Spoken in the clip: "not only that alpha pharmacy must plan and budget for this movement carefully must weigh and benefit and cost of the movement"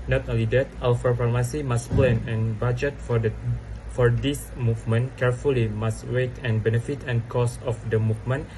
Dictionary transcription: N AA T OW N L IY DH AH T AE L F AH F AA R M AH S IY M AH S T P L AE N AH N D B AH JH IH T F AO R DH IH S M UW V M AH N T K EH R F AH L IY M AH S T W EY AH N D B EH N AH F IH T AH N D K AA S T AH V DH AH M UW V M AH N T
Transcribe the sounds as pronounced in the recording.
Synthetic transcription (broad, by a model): N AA T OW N L IY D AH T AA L F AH P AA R M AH S IY M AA S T P L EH N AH N B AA JH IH T F AO R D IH S M UW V M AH N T K EH R F AH L IY M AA S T W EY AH N B EH N AH F IH T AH N K AA S AH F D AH M UW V M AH N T